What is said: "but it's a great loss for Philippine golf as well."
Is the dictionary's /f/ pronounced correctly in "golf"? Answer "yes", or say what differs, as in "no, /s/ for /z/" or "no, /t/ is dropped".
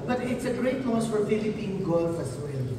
yes